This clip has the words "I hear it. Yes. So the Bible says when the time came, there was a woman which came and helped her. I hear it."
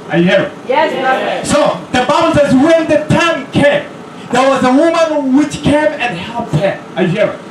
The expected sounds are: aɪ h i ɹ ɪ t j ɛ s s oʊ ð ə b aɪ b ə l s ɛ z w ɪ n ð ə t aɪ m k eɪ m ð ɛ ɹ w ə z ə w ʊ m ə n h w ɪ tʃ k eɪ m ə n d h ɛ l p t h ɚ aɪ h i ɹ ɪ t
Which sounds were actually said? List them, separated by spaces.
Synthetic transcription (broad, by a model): aɪ h i ɹ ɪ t j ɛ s s oʊ ð ə b aɪ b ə l s ɛ z w ɪ n ð ə t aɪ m k eɪ m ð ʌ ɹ w ə z ə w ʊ m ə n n w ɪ tʃ k eɪ m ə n h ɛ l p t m aɪ h i ɹ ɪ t